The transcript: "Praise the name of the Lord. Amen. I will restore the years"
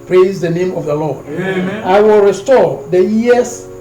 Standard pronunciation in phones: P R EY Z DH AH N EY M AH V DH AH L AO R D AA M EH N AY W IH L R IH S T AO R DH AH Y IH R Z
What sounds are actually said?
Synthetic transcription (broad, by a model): P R EY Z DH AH N EY M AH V DH AH L AO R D AA IH W IH L R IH S T AO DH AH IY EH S